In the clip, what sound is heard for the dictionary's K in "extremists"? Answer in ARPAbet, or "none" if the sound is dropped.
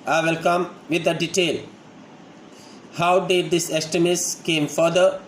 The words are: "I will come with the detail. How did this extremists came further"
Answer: none